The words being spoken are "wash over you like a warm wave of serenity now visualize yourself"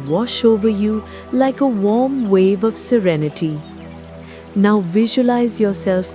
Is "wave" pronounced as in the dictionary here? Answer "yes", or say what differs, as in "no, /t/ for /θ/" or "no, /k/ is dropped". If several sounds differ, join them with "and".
yes